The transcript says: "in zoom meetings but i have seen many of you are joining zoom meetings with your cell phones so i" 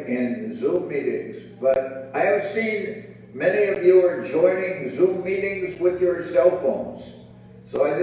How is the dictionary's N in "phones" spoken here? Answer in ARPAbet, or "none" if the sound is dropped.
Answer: N